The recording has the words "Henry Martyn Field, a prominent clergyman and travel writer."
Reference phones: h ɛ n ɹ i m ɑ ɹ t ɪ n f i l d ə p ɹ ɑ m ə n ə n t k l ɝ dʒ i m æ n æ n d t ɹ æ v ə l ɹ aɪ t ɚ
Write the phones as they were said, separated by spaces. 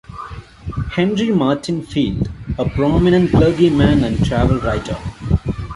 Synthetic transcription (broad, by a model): h ɛ n ɹ i m ɑ ɹ t ɪ n f i l d ə p ɹ ɑ m ə n ə n t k l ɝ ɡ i m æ n æ n d t ɹ æ v ə l ɹ aɪ t ɚ